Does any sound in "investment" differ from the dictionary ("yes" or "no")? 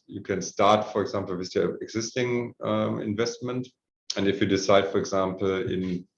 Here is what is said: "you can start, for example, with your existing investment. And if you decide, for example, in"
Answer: no